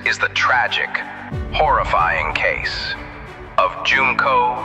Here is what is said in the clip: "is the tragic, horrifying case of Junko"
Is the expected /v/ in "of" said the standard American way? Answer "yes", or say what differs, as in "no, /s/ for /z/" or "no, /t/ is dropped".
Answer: yes